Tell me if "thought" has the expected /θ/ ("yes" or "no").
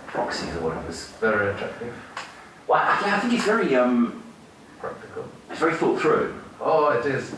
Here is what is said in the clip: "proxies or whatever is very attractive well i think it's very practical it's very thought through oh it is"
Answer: no